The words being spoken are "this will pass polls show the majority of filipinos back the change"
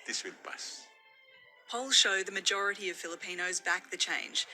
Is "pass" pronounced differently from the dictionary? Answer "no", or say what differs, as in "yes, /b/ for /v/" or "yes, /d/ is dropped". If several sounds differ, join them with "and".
yes, /b/ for /p/